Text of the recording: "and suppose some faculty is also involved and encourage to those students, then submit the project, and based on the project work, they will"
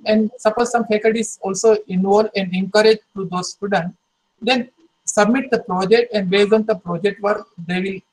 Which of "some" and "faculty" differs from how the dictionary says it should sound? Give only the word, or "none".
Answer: faculty